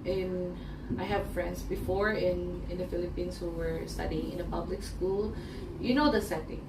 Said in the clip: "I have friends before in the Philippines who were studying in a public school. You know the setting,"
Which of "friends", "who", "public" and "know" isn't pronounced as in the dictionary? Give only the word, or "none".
friends